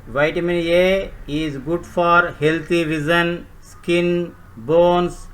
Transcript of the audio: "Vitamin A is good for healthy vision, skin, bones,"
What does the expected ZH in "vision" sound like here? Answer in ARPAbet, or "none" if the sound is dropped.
Z